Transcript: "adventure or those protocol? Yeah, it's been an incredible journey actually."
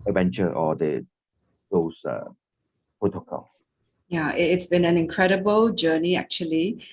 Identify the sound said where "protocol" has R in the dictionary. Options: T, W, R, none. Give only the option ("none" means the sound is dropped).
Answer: none